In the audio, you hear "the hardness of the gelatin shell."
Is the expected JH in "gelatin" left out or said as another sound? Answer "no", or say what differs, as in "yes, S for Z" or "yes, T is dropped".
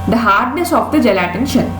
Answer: no